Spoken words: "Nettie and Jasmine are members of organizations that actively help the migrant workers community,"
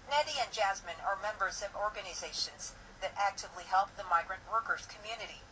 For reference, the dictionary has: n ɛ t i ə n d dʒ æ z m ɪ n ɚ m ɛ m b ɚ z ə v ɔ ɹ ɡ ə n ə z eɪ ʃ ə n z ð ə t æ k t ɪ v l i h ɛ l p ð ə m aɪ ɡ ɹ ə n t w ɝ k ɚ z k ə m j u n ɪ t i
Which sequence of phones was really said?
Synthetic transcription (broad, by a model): n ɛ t i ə n dʒ æ z m ɪ n ɚ m ɛ m b ɚ z ə v ɔ ɹ ɡ ə n ə z eɪ ʃ ə n z ð ə t æ k t ɪ v l i h ɛ l p ð ə m aɪ ɡ ɹ ə n t w ɝ k ɚ z k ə m j u n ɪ t i